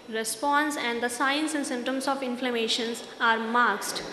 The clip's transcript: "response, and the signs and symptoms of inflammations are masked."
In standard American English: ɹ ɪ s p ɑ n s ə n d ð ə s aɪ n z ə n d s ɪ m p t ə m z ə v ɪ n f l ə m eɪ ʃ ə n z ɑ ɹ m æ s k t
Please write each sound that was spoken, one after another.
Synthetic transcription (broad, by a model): ɹ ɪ s p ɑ n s ə n d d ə s aɪ n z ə n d s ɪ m t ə m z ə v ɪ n f l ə m eɪ ʃ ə n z ɑ ɹ m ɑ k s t